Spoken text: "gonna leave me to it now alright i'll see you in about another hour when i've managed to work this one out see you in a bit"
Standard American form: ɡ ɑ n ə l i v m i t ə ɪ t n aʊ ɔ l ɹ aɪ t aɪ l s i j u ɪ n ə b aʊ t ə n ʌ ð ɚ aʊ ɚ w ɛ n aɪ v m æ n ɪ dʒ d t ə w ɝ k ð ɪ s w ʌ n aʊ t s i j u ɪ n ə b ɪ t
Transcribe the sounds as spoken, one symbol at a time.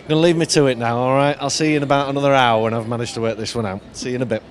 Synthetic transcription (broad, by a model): ɡ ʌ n ə l i v m i t ə ɪ t n aʊ ɔ l ɹ aɪ t aɪ l s i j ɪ ɪ n ə b aʊ t ə n ʌ ð ɚ aʊ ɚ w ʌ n aɪ v m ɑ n ɪ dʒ t ə w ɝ k ð ɪ s w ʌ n aʊ t s i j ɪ ɪ n ə b ɪ t